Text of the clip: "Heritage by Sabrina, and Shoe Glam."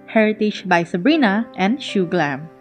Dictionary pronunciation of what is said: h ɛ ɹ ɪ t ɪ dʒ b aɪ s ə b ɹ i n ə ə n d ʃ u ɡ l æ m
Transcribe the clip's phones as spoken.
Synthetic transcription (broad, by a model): h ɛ ɹ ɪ t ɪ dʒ b aɪ s ə b ɹ i n ə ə n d ʃ u ɡ l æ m